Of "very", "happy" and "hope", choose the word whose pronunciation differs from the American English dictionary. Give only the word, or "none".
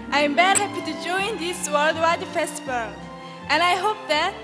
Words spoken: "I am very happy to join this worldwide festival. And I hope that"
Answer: very